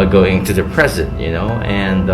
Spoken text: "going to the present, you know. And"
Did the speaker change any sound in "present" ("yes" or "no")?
no